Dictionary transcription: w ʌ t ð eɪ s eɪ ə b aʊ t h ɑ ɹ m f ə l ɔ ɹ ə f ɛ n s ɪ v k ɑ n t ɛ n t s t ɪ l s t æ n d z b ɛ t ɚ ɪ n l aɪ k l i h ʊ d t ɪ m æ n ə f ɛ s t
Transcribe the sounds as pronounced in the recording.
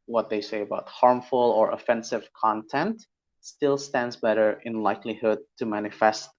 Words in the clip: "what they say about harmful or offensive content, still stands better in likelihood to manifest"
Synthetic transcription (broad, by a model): w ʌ t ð eɪ s eɪ ə b aʊ t h ɑ ɹ m f ə l ɔ ɹ ə f ɛ n s ɪ v k ɑ n t ɛ n t s t ɪ l s t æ n d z b ɛ t ɚ ɪ n l aɪ k l i h ʊ d t ɪ m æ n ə f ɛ s t